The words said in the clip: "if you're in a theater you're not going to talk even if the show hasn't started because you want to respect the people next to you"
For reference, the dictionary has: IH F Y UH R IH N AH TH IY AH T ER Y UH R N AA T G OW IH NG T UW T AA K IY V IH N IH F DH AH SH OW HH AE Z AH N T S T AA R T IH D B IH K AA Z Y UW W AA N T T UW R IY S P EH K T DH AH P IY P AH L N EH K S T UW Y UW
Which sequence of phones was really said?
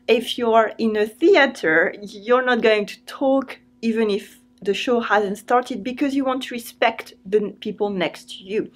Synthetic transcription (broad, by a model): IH F Y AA R IH N AH TH IY AH T ER Y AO R N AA T G OW IH NG T UW T AA K IY V IH N IH F DH AH SH OW HH AE Z AH N T S T AA R T IH D B IH K AA Z Y UW W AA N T T UW R IY S P EH K T DH AH P IY P AH L N EH K S T UW Y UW